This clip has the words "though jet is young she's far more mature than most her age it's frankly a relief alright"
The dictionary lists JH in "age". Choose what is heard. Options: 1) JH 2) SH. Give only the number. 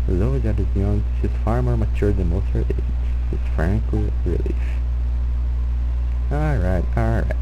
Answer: 2